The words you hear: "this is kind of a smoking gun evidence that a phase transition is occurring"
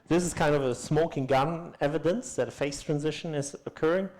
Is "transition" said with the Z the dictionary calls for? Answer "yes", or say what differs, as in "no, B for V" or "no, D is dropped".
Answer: yes